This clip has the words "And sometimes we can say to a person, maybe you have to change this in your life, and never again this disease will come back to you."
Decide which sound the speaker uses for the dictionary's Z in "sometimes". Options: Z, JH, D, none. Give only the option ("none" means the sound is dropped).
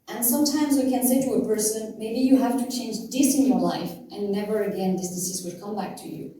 Z